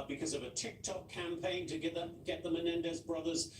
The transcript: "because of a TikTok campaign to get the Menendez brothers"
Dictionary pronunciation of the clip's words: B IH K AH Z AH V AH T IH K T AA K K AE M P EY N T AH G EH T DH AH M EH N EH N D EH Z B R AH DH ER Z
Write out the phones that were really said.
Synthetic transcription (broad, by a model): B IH K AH Z AH V AH T IH K T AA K K AE M P EY N T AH G EH T DH AH M EH N EH N D EH Z B R AH DH ER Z